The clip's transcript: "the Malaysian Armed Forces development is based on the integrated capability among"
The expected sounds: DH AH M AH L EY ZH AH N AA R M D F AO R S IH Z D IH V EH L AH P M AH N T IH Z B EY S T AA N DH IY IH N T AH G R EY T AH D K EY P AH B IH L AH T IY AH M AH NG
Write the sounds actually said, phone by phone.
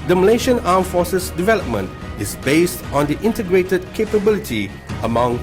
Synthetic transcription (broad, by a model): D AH M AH L EY SH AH N AA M F AO S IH S D IH V EH L AH P M AH N T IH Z B EY S T AA N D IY IH N T AH G R EY T AH D K EY P AH B IH L AH T IY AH M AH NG